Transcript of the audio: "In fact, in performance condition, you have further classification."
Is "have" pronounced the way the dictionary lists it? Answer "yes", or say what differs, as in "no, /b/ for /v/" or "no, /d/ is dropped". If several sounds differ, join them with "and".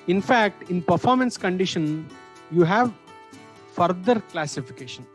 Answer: yes